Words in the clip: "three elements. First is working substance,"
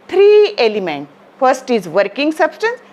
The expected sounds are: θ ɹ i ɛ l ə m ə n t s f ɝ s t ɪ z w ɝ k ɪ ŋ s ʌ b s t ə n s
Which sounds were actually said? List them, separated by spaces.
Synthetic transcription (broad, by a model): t ɹ i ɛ l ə m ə n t f ɝ s t ɪ z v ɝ k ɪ ŋ s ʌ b s t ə n s